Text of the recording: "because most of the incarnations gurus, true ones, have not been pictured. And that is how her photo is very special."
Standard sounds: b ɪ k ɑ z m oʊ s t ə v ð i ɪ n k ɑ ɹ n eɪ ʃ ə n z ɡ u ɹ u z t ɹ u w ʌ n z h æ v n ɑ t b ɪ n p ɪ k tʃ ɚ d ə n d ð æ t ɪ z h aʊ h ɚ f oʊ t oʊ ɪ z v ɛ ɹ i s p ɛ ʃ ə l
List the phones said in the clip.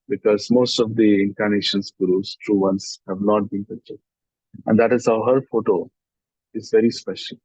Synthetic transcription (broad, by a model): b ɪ k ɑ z m oʊ s t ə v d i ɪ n k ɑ ɹ n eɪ ʃ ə n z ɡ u ɹ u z t ɹ u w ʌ n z h æ v n ɑ t b ɪ n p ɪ tʃ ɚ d ə n d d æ t ɪ z h aʊ h ɚ f oʊ t oʊ ɪ z v ɛ ɹ i s p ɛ ʃ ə l